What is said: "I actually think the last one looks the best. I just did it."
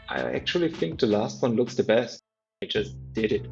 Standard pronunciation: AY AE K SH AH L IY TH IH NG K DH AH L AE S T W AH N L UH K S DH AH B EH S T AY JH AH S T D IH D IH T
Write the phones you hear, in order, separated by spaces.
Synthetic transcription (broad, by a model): AY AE K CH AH L IY TH IH NG K DH AH L AE S T W AH N L UH K S DH AH B EH S T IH JH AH S D IH D IH T